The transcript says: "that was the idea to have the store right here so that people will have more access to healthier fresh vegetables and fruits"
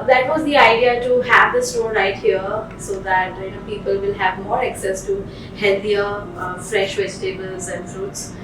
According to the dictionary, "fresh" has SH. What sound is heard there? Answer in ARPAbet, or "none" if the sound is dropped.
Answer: SH